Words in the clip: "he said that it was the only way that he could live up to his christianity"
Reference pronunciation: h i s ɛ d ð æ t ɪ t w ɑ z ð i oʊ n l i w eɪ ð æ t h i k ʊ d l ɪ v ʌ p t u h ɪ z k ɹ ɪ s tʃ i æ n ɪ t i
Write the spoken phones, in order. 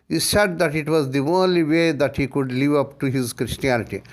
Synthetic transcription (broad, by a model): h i s ɛ d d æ t ɪ t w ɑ z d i oʊ n l i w eɪ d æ t h i k ʊ d l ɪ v ʌ p t u h ɪ z k ɹ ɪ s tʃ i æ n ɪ t i